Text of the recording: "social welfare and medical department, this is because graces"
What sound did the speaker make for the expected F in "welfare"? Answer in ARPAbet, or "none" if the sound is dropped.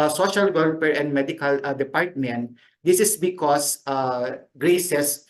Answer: P